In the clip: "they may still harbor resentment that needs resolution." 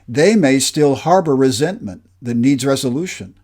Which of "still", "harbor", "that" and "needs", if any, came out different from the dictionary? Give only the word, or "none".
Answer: none